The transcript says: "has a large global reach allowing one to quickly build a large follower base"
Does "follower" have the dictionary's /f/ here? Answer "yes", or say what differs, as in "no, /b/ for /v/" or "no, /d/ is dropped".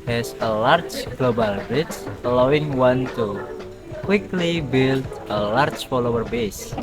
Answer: yes